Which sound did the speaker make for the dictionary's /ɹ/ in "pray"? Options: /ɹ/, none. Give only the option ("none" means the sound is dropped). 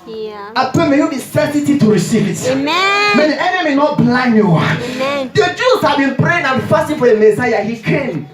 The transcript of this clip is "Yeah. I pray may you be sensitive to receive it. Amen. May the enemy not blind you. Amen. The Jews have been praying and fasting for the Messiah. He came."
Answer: none